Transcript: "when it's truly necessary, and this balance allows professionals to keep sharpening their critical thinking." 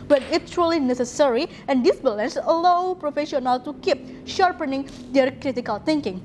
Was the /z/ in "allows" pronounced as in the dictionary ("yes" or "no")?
no